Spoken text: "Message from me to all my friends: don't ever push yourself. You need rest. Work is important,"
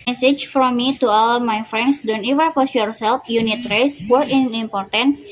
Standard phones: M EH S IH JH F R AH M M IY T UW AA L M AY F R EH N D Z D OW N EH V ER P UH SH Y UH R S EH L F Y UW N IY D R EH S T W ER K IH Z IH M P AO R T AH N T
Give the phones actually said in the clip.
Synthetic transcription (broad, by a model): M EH S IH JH F R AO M M IY T UW AA L M AY F R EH N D S D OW N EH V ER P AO S Y UH R S EH L F Y UW N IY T R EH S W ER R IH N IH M P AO R T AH N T